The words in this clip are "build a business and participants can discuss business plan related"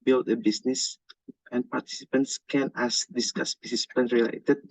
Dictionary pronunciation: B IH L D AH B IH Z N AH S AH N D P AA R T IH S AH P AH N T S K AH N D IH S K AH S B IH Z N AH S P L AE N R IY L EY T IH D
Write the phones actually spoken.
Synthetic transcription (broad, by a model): B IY L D AH B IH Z N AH S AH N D P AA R T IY S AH P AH N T S K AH N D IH S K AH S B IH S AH S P AH N R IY L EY T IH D